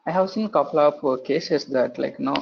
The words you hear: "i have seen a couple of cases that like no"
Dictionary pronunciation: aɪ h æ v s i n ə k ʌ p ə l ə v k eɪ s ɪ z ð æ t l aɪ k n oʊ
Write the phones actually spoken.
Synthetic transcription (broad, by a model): aɪ h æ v s i n k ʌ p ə l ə p k eɪ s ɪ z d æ t l aɪ k n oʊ